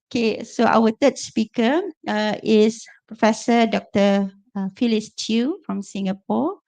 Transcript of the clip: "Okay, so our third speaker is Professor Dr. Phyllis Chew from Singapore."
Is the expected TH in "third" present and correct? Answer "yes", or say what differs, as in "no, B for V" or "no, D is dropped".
no, T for TH